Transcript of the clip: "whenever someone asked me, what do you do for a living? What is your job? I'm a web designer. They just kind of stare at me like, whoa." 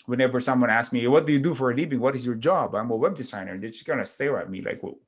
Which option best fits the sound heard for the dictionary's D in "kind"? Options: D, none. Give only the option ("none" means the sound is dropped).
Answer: none